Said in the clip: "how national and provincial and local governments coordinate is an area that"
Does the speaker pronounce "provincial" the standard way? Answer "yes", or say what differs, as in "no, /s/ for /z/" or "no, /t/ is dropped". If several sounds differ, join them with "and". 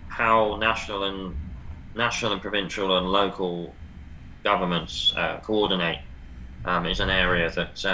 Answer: yes